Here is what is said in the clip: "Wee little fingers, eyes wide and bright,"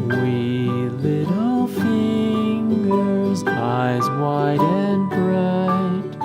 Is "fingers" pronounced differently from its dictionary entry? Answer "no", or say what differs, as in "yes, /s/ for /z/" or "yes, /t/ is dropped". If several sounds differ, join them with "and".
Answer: no